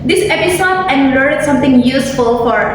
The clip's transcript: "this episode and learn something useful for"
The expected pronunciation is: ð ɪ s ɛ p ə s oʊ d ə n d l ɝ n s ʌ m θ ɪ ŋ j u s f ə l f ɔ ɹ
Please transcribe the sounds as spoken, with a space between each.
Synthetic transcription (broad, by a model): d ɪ s ɛ p ə s oʊ d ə n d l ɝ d s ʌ m t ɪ ŋ j u s f ə l f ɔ ɹ